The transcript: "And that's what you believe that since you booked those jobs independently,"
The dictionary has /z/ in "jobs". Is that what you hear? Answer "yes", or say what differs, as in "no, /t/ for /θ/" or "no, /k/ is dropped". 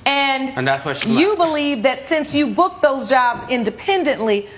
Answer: yes